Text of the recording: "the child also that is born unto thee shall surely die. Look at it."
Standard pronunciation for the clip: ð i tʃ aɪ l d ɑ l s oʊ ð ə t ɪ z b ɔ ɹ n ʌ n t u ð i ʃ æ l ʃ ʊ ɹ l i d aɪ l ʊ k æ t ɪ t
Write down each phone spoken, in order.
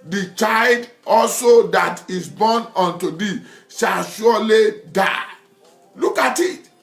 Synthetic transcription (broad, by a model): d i tʃ aɪ l d ɑ l s oʊ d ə t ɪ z b ɔ n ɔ n t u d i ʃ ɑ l ʃ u l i d aɪ l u k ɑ t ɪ t